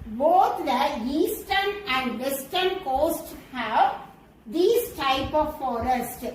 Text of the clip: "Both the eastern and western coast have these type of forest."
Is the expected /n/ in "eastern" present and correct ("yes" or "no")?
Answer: yes